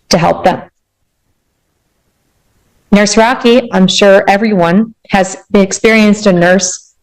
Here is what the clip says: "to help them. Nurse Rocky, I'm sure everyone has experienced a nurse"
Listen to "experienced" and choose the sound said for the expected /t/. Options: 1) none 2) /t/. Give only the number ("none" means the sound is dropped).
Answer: 2